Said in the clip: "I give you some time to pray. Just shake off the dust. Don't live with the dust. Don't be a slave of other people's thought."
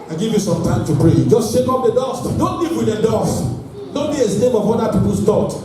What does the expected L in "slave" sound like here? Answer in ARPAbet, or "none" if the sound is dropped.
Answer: N